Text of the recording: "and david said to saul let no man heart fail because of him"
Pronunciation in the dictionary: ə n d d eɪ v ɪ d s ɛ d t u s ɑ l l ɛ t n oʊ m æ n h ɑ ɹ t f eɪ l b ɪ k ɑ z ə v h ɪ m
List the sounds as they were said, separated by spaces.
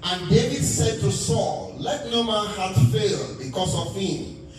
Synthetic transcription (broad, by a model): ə n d d eɪ v ɪ d s ɛ d t u s ɑ l l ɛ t n oʊ m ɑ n h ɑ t f eɪ l b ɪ k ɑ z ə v h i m